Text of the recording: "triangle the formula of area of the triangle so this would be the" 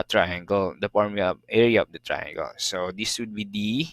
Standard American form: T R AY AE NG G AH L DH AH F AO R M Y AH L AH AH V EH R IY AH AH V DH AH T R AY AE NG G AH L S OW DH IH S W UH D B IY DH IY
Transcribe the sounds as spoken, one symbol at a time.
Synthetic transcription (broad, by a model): T R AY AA NG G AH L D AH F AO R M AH AH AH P EH R IY AH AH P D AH T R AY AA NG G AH L S OW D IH S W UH D B IY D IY